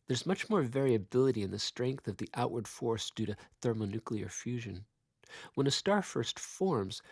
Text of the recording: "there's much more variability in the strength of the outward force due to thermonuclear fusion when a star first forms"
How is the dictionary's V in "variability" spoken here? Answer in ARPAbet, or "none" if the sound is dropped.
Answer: V